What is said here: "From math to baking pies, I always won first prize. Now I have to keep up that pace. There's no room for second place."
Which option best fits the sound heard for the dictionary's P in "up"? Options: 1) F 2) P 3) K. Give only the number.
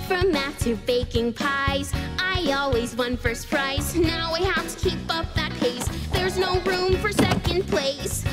2